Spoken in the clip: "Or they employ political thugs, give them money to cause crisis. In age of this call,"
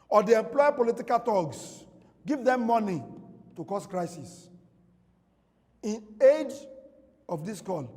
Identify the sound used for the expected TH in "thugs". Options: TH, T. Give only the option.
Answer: T